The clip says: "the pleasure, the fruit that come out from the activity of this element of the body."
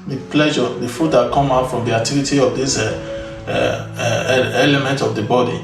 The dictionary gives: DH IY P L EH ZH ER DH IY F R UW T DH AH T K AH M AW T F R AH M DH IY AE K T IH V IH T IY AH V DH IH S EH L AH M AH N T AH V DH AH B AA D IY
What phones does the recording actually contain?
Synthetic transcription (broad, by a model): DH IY P L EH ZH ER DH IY F UW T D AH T K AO M AW T F R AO M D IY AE K T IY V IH T IY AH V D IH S EH L AH M AH N T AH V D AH B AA D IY